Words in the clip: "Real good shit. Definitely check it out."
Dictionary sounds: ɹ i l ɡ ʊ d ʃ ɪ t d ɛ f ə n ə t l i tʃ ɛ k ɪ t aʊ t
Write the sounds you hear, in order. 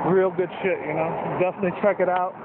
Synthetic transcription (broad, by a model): ɹ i l ɡ ʊ d ʃ ɪ t d ɛ f ə n ə t l i tʃ ɛ k ɪ t aʊ t